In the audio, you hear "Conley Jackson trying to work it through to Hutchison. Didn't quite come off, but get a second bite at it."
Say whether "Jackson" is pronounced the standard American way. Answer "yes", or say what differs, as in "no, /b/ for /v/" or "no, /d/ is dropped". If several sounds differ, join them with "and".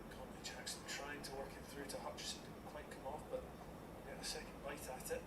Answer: no, /tʃ/ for /dʒ/